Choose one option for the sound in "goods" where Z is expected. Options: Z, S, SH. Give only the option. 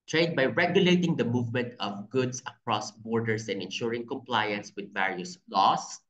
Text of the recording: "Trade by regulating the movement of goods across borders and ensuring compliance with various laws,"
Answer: S